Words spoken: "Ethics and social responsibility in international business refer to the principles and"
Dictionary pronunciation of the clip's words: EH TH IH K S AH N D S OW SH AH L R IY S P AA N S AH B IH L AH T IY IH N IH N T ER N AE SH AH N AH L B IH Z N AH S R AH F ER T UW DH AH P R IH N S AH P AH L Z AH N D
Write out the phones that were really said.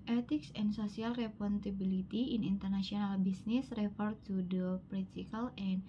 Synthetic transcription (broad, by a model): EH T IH K S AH N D S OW S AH L R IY P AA N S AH B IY L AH T IY IH N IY N T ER N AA S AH N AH L B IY S N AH S R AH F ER T UW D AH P R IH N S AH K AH L AH N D